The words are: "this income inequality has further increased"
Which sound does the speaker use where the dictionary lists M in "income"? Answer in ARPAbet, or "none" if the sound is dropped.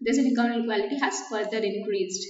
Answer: none